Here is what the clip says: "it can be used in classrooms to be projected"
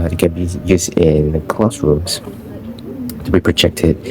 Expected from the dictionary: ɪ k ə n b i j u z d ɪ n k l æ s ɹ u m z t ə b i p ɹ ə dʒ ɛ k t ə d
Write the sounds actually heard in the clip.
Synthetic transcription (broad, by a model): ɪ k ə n b i j u z d ɪ n k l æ s ɹ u m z t ə b i p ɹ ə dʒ ɛ k t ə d